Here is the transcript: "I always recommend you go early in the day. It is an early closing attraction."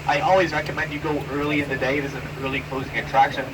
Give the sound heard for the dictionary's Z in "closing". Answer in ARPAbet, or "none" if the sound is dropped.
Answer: Z